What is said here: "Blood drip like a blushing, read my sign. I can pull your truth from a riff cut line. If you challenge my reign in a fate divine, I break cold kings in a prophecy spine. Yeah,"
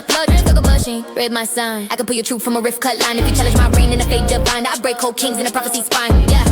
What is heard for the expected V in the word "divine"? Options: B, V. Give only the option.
B